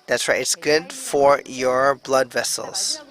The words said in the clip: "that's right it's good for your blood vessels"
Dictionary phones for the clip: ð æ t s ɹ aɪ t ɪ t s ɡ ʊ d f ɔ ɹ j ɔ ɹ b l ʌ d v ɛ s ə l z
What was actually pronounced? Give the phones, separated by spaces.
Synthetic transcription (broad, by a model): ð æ t s w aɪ ɪ t s ɡ ʊ d f ɔ ɹ j ɔ ɹ b l ʌ d v ɛ s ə l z